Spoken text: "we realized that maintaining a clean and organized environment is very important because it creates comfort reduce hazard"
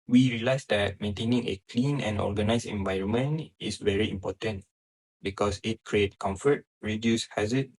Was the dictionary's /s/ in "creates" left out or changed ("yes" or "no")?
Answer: yes